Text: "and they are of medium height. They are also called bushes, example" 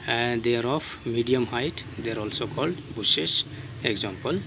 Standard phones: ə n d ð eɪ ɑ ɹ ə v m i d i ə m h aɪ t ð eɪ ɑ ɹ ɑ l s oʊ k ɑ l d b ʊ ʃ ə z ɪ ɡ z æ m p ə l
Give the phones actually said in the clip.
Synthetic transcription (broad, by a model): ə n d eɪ ɑ ɹ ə p m i d i ə m h aɪ t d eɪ ɑ ɹ ɑ l s oʊ k ɑ l d b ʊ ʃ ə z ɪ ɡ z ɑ m p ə l